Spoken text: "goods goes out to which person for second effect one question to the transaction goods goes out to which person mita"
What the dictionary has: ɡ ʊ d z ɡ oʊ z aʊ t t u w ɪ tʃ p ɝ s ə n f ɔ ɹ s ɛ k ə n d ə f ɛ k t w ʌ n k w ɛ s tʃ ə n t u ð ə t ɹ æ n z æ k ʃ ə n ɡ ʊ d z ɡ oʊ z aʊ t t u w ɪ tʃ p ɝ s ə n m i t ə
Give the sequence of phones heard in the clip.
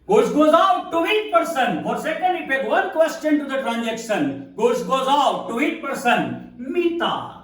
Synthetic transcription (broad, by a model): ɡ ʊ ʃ ɡ oʊ z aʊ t t u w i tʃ p ɝ s ə n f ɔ ɹ s ɛ k ə n d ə p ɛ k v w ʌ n k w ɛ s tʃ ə n t u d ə t ɹ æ n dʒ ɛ k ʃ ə n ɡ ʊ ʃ ɡ oʊ z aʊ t t u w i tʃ p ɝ s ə n m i t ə